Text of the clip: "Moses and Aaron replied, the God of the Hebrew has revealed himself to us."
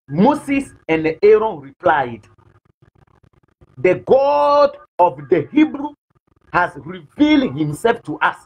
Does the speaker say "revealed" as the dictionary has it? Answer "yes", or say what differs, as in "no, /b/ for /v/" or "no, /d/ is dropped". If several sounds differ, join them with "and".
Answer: yes